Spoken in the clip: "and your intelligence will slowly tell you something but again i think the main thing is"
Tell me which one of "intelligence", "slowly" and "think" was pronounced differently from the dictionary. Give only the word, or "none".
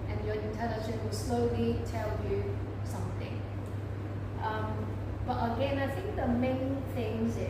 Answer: intelligence